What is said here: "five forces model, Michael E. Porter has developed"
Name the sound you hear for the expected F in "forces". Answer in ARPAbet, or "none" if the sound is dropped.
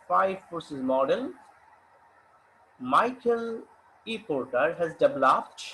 P